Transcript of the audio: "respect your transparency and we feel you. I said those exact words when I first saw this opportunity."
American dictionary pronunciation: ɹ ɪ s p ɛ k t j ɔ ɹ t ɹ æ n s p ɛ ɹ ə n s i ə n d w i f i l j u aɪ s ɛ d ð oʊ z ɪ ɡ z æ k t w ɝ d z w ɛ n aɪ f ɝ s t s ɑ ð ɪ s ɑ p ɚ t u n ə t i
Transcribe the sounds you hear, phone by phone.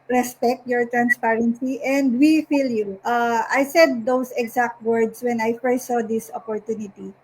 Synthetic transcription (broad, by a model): ɹ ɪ s p ɛ k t j ɔ ɹ t ɹ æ n s p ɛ ɹ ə n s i ə n d w i f i l j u aɪ s ɛ d oʊ s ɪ ɡ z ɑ k t w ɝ d s w ɛ n aɪ f ɝ s t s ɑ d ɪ s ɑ p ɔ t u n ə t i